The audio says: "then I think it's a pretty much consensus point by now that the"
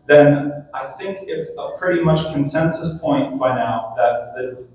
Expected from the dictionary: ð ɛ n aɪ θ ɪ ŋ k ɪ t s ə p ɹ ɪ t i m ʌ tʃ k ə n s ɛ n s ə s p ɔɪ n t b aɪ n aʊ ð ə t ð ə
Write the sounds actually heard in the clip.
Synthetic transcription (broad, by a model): ð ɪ n aɪ θ ɪ ŋ k ɪ t s ə p ɹ ɪ t i m ʌ tʃ k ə n s ɛ n s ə s p ɔɪ n t b aɪ n aʊ ð ə t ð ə